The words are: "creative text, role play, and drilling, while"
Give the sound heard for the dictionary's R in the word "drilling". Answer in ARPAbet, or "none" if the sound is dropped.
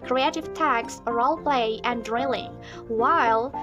R